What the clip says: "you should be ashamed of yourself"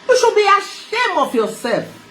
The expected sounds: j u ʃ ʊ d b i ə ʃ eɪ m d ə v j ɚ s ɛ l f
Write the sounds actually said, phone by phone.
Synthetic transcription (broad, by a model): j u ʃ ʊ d b i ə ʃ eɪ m ə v j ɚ s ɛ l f